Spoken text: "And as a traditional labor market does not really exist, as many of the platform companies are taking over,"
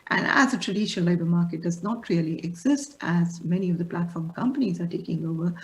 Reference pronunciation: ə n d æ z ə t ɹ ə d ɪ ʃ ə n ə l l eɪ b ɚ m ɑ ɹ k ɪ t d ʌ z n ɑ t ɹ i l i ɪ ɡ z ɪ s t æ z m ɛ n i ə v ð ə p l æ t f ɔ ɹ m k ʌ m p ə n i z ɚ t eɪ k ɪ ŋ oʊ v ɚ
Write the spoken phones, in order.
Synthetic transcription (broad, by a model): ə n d æ z ə t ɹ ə d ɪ ʃ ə n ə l l eɪ b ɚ m ɑ ɹ k ɪ t d ʌ z n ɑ t ɹ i l i ɪ ɡ z ɪ s t æ z m ɛ n i ə v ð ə p l æ t f ɔ ɹ m k ʌ m p ə n i z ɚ t eɪ k ɪ ŋ oʊ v ɚ